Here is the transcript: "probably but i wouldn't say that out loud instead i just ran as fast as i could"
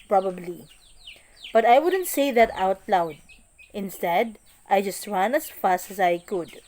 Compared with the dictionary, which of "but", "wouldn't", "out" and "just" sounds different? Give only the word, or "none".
none